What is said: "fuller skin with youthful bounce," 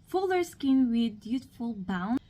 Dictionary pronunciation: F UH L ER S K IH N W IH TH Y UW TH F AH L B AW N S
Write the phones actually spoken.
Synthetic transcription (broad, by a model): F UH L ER S K IH N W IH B Y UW T F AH L B AW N